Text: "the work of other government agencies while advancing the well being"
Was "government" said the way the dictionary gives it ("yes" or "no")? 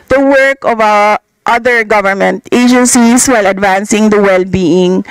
yes